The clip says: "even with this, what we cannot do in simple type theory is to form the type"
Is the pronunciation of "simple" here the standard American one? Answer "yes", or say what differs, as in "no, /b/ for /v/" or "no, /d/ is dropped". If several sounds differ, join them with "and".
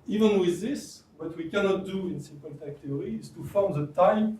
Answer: no, /n/ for /l/